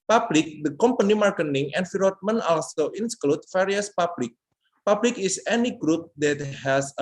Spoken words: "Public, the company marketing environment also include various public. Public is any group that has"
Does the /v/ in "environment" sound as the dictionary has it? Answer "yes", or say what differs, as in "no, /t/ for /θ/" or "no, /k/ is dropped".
no, /f/ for /v/